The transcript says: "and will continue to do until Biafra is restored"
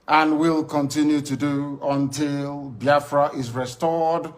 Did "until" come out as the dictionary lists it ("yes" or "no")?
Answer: yes